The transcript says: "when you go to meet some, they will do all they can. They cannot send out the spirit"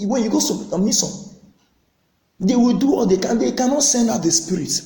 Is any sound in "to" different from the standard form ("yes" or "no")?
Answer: yes